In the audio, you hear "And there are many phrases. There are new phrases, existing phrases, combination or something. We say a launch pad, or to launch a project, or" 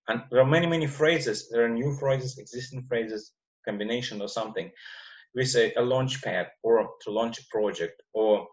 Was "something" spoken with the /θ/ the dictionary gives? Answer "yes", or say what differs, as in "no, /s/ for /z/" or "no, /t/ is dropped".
yes